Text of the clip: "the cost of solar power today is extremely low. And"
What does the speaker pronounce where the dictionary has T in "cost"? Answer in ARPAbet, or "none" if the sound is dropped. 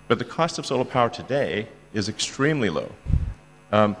T